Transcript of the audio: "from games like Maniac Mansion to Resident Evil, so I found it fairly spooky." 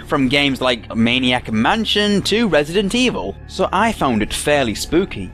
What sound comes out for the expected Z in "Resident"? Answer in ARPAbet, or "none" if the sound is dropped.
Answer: Z